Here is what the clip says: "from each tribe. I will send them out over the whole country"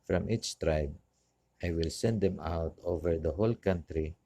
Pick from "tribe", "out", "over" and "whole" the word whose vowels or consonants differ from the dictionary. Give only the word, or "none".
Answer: none